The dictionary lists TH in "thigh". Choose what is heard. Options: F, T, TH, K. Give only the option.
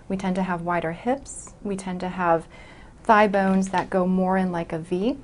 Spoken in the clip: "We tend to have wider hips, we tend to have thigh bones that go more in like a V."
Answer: TH